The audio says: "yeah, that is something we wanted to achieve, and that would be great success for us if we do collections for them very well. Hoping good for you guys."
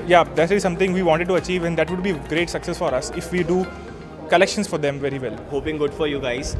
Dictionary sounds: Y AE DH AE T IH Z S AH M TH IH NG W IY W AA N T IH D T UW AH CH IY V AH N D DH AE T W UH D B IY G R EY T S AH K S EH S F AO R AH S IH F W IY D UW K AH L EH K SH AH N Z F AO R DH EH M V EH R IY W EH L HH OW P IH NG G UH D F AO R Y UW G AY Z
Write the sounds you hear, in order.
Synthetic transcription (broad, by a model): Y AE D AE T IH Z S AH M T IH NG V IY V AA N T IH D T UW AH CH IY V AH N D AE T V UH D B IY G R EY T S AH K S EH S F AO R AH S IH F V IY D UW K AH L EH K SH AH N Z F AO R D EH M V EH R IY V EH L HH OW P IH NG G UH D F AO R Y UW G AY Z